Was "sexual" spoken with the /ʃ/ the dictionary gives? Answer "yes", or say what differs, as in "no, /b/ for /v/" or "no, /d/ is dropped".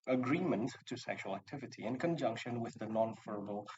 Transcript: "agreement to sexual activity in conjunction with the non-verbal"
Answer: yes